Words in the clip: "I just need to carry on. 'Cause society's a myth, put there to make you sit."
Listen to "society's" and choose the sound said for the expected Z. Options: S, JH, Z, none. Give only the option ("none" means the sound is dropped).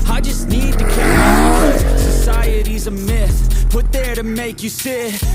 Z